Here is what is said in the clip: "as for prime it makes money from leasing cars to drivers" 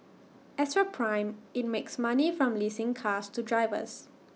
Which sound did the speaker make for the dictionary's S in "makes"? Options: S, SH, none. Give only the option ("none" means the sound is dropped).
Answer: S